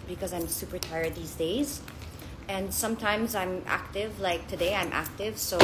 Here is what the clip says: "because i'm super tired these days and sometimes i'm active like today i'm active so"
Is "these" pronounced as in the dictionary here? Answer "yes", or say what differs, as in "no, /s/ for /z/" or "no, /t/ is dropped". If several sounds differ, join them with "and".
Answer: yes